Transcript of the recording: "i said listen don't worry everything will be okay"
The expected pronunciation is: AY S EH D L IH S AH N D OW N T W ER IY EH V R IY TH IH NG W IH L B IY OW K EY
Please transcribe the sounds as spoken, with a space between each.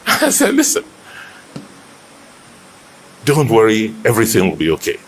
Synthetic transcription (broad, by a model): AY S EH L IH S AH N D OW N T W ER IY EH V R IY TH IH NG W IH L B IY OW K EY